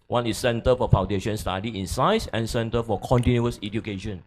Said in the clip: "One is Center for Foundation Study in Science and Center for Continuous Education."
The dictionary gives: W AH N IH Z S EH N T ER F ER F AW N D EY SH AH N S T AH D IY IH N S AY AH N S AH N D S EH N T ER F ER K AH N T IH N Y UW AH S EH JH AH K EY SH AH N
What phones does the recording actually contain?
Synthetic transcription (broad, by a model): W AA N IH S EH N T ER F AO F AW N D EY SH AH N S T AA D IY IH N S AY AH S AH N S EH N T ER F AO K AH N T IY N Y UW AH S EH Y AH K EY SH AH N